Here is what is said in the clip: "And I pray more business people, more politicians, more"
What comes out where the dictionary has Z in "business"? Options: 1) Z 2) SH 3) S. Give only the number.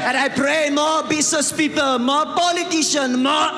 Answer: 3